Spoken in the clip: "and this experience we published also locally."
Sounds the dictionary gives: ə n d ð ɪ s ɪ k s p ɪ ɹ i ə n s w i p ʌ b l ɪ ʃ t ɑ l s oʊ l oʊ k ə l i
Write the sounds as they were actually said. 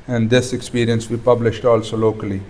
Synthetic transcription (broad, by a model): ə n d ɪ s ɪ k s p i ɹ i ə n s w i p ʌ b l ɪ ʃ t ɑ l s oʊ l oʊ k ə l i